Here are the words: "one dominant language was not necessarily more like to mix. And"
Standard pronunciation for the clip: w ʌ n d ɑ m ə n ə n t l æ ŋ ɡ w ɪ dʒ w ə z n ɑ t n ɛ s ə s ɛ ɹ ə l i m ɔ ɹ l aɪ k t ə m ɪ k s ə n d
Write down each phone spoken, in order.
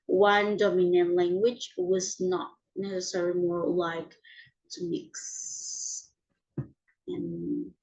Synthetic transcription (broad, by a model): w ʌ n d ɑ m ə n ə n l æ ŋ ɡ w ɪ dʒ w ə z n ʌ t n ɛ s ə s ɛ ɹ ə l i m ɔ ɹ l aɪ k t ə m ɪ k s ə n